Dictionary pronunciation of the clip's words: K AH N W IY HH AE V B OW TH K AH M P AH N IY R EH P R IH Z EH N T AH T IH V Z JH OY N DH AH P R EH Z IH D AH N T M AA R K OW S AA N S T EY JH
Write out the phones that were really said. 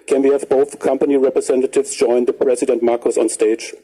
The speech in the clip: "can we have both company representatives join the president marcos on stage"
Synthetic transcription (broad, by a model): K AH N W IY HH AE V B OW TH K AH M P AH N IY R EH P R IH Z EH N T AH T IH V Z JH OY N DH AH P R EH Z IH D AH N T M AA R K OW S AA N S T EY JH